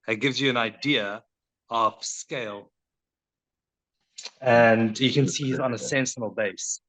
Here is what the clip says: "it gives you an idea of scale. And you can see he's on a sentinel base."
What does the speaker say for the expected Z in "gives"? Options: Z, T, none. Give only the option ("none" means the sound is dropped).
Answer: Z